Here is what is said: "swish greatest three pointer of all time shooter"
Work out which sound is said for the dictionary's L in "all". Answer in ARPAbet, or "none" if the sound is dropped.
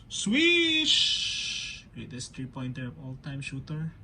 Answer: L